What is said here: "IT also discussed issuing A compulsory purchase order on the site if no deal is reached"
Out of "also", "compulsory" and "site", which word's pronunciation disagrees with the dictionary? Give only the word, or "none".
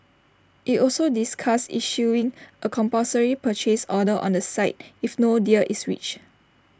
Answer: compulsory